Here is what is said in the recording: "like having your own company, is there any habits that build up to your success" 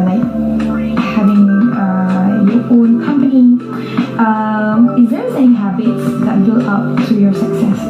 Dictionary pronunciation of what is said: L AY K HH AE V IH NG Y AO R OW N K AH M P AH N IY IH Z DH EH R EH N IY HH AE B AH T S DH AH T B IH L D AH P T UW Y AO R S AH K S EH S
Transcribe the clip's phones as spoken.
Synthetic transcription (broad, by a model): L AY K HH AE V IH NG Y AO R OW N K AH M P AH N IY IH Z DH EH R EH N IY HH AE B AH T S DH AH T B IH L AH P T UW Y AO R S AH K S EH S